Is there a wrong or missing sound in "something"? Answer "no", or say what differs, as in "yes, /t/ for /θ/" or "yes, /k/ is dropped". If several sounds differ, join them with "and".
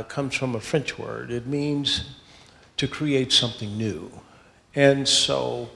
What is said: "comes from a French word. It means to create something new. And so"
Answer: no